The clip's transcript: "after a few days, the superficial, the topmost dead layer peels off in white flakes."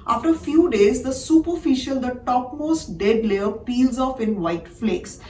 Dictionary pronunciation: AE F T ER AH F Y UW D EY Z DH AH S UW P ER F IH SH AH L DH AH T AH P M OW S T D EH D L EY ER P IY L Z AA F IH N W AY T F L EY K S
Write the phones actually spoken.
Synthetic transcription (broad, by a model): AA F T ER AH F Y UW D EY Z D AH S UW P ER F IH SH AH L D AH T AH P M OW S T D EH D L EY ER P IY L Z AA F IH N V AY T F L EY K S